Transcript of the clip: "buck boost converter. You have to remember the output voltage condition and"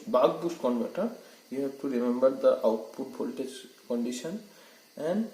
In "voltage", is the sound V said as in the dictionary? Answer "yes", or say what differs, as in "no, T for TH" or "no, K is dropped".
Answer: no, P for V